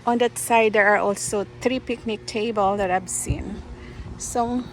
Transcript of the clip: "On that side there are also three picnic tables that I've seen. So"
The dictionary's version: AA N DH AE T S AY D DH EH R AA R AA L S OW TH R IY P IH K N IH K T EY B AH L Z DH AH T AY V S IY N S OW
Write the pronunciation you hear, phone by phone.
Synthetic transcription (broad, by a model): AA N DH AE T S AY D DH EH R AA R AA L S OW TH R IY P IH K N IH K T EY B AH L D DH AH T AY B S IY N S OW